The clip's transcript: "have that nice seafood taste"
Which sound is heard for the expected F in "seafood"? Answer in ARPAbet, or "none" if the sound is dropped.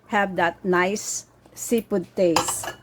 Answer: P